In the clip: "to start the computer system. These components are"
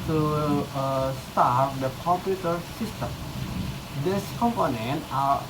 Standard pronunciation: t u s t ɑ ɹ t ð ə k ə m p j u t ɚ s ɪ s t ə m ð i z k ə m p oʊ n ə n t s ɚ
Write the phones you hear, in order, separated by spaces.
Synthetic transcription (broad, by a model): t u s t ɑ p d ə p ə p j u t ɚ s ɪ s t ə m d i s k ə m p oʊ n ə n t ɚ